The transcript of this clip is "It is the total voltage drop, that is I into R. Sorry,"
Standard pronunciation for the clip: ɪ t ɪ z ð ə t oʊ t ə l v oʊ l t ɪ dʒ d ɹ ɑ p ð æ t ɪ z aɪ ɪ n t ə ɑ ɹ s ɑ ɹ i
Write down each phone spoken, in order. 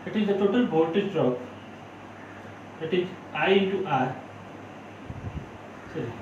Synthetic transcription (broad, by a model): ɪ t ɪ z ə t oʊ t ə l b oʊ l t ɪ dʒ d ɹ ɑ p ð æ t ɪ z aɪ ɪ t ɑ ɹ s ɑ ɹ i